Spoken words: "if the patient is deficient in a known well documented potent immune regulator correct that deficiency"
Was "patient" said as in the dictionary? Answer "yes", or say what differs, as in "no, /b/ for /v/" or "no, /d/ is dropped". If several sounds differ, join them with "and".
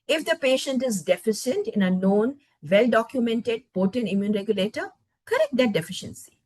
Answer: yes